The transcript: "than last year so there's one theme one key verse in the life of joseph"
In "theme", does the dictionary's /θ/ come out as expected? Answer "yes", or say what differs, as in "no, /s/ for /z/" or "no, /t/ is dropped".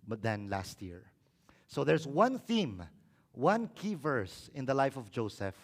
yes